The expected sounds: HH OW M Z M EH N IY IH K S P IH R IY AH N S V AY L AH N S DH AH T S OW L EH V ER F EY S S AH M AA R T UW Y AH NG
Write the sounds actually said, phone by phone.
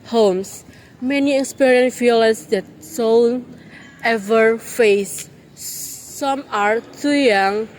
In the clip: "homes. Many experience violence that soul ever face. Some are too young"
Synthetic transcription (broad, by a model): HH OW M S M EH N IY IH K S P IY R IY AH N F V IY L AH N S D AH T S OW N EH V ER F EY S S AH M AA R T UW Y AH NG